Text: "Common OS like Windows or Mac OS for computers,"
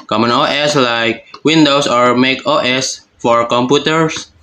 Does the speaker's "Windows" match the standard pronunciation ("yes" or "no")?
no